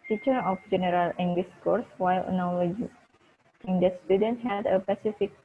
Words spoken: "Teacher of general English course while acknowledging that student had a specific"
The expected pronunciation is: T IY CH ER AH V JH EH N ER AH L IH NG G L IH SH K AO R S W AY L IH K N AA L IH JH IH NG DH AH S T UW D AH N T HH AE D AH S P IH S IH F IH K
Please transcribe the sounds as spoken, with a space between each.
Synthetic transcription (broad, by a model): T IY CH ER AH F JH EH N ER AH L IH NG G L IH S K AO R S W AY L N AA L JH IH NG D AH S T UW D AH N T HH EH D AH P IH S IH F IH K